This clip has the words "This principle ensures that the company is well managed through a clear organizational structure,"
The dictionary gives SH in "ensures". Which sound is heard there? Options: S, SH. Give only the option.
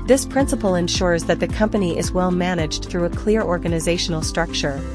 SH